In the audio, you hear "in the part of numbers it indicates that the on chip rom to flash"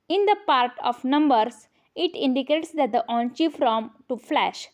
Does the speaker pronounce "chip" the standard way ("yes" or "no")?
no